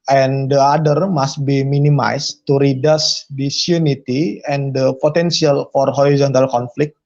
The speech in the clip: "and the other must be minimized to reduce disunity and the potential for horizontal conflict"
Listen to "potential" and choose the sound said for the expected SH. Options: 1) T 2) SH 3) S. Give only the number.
3